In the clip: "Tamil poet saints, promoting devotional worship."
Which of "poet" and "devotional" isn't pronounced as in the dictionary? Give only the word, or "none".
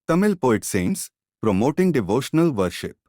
none